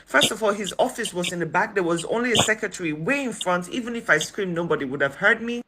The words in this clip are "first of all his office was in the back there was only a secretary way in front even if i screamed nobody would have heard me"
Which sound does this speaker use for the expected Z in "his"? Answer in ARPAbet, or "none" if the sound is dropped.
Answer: Z